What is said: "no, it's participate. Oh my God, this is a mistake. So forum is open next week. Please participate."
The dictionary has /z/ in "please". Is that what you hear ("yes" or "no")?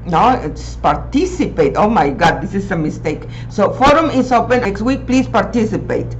no